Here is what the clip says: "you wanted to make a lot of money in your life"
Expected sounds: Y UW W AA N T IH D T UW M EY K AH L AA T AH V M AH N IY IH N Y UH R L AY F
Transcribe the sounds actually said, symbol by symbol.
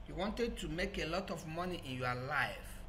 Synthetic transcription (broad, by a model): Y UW W AA N T IH D T UW M EY K AH L AA T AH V M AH N IY IH N Y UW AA L AY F